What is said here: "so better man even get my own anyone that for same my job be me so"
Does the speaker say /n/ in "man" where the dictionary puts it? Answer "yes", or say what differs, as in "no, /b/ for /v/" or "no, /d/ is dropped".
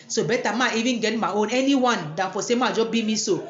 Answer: no, /n/ is dropped